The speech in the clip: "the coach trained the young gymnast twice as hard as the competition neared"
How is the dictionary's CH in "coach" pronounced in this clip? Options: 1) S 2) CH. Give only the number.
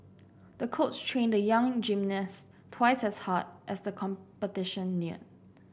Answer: 1